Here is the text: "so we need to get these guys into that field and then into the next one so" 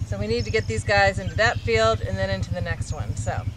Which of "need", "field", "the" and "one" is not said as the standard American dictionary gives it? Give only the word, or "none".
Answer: none